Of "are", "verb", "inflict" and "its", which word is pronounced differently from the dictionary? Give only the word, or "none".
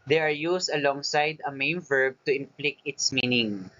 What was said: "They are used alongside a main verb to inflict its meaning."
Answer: inflict